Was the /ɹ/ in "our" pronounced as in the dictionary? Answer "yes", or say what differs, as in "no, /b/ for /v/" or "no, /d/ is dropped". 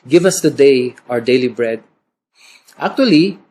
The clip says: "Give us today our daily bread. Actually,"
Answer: yes